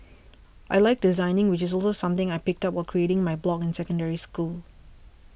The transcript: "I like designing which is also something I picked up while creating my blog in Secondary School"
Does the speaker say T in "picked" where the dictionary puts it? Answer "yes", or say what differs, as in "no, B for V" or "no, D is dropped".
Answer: yes